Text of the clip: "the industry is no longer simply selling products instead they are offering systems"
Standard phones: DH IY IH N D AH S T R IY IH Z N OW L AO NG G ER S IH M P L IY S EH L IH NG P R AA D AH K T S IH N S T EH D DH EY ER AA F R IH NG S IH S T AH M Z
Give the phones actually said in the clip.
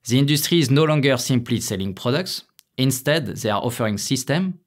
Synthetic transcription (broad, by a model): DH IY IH N D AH S T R IY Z N OW L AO NG G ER S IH M P L IY S EH L IH NG P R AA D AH K T S IH N S T EH D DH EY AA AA F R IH NG S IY S T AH M